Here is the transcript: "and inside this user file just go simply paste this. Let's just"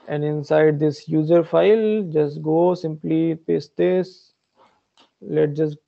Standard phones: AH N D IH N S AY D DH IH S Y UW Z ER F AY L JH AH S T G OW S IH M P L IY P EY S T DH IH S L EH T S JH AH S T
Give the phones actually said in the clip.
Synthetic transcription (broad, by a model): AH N D IH N S AY D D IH S Y UW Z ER F AY L JH AH S T G OW S IH M P L IY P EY S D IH S L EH T JH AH S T